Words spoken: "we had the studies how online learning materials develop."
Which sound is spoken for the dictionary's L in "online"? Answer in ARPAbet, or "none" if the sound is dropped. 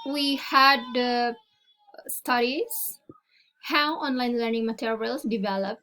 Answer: L